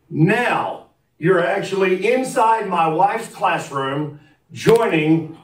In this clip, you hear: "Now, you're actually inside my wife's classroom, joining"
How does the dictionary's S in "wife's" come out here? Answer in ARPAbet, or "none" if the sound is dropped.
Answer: none